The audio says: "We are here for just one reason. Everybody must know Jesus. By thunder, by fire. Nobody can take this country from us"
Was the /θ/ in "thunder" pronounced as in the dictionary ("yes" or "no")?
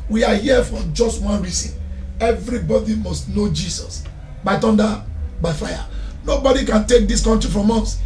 no